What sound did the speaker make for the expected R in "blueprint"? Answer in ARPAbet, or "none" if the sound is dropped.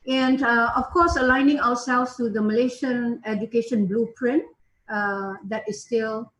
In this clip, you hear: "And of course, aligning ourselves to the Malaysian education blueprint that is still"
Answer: R